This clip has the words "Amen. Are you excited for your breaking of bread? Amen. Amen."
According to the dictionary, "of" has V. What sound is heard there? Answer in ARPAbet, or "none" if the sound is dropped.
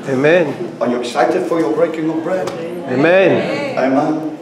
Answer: P